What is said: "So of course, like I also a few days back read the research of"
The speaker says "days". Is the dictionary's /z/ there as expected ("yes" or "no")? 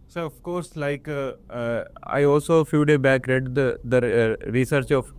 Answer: no